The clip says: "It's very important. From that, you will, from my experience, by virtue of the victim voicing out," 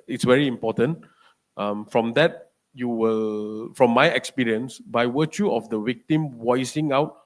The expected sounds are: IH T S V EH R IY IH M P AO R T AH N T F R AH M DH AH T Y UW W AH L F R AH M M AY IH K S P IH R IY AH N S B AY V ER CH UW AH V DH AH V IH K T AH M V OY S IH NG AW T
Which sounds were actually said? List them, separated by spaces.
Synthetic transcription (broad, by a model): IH T S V EH R IY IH M P AO T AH N T F R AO M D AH T Y UW W AH L F R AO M M AY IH K S P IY R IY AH N S B AY W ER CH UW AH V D AH W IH K T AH M W OY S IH NG AW T